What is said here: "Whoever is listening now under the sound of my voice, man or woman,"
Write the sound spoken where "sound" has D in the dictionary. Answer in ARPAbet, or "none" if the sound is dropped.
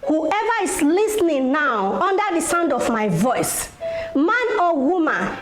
D